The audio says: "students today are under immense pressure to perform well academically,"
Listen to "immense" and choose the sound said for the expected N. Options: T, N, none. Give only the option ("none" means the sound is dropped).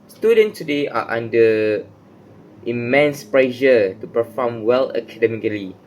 N